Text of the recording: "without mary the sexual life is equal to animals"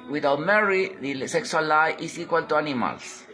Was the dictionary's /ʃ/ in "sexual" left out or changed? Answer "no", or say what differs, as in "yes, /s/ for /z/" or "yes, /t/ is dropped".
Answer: yes, /s/ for /ʃ/